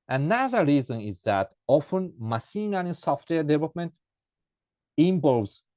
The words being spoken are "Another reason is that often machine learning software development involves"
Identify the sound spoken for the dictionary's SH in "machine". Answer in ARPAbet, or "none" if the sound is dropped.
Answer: S